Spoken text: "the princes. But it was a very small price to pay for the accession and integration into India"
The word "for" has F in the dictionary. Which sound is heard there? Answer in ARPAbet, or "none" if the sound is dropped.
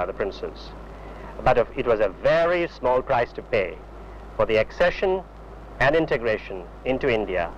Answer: F